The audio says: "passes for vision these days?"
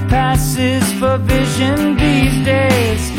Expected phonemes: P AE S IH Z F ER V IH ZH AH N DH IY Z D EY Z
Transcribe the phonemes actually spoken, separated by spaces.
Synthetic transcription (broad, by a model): P AE S IH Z F ER V IH ZH AH N DH IY Z D EY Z